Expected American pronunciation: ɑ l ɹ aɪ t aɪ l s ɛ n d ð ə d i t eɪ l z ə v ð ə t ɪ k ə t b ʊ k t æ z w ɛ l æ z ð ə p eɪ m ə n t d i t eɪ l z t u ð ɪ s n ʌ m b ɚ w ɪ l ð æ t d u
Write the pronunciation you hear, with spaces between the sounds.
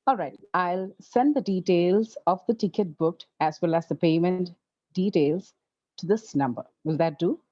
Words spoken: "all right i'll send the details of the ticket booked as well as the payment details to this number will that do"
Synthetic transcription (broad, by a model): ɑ l ɹ aɪ t aɪ l s ɛ n d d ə d i t eɪ l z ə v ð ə t ɪ k ə t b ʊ k æ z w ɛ l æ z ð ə p eɪ m ə n t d i t eɪ l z t u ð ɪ s n ʌ m b ɚ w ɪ l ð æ t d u